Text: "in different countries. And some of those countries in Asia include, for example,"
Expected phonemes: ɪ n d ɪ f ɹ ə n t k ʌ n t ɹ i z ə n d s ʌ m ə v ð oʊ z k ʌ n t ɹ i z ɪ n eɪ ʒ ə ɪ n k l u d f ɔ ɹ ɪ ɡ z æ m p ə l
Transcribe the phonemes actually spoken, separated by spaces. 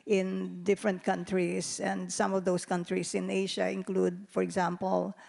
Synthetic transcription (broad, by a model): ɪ n d ɪ f ɹ ə n t k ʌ n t ɹ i s ə n d s ʌ m ə v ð oʊ s k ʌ n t ɹ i s ɪ n eɪ ʃ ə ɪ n k l u d f ɔ ɹ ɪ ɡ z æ m p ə l